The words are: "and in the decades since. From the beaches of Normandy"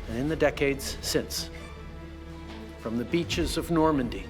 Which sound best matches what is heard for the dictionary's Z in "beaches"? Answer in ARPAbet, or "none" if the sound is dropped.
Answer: Z